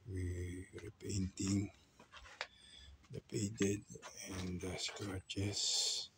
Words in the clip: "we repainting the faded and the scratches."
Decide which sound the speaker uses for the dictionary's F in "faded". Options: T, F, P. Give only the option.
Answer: P